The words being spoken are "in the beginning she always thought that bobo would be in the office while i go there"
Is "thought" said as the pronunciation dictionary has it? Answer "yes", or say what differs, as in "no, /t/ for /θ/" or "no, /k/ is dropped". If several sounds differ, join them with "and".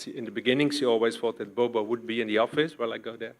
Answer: no, /f/ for /θ/